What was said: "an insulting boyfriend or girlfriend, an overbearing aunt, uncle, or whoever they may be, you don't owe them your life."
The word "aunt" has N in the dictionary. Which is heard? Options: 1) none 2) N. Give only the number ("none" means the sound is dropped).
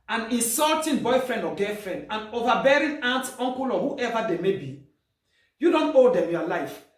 2